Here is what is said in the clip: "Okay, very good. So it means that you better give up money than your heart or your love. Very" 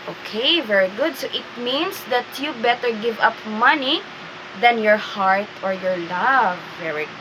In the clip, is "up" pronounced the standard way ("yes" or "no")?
yes